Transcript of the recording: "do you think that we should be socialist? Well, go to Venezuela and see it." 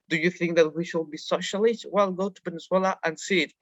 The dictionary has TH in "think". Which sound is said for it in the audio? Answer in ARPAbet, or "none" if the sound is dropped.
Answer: TH